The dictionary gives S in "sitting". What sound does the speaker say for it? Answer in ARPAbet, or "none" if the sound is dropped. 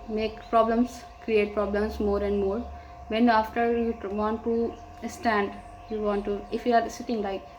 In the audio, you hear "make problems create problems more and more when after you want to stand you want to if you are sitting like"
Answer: S